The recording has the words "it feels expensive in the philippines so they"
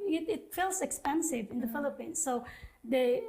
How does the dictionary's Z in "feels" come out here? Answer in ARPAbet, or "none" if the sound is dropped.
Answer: S